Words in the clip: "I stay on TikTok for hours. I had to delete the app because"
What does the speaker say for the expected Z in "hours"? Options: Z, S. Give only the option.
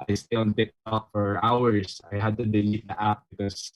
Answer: S